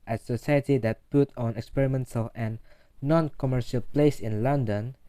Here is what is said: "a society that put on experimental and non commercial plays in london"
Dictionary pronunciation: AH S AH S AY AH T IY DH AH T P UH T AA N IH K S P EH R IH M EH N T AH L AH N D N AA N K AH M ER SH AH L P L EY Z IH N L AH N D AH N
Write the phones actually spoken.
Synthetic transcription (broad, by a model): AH S AH S AY AH T IY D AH T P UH T AA N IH K S P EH R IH M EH N T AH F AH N N AA N K AH M ER SH AH L P L EY S IH N L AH N D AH N